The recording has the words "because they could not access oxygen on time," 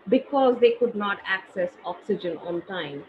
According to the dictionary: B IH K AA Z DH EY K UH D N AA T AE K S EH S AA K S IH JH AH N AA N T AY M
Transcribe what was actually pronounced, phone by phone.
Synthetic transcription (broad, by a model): B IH K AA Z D EY K UH D N AA T AE K S EH S AA K S IH JH AH N AA N T AY M